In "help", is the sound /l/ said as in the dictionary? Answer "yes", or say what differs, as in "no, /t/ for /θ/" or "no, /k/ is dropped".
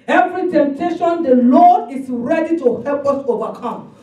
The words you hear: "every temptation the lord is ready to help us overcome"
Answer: yes